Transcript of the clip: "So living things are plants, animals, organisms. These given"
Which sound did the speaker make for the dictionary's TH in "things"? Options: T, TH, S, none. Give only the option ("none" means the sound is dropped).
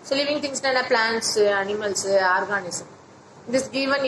T